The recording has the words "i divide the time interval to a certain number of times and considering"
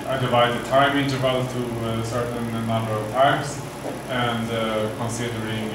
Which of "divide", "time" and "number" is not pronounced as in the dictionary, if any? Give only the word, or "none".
none